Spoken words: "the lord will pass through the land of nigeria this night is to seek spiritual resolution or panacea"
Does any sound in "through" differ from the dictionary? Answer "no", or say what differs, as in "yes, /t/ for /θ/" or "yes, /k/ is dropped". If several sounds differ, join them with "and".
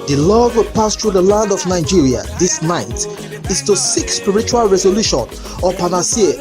yes, /t/ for /θ/